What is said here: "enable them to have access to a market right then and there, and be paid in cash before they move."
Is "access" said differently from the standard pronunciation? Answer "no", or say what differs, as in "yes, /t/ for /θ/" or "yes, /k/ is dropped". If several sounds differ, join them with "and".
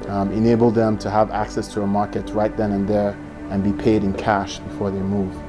no